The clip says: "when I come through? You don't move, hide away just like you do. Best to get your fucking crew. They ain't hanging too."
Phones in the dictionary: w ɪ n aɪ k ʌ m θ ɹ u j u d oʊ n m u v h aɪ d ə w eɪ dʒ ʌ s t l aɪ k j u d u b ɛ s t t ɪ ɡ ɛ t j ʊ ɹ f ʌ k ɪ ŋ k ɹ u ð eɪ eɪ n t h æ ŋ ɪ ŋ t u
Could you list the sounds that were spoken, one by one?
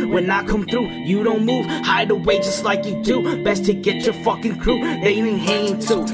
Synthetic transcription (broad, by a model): w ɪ n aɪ k ʌ m θ ɹ u j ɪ d oʊ n m u v h aɪ d ə w eɪ dʒ ʌ s t l aɪ k j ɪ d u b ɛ s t t ɪ ɡ ɛ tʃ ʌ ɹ f ʌ k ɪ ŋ k ɹ u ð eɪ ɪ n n h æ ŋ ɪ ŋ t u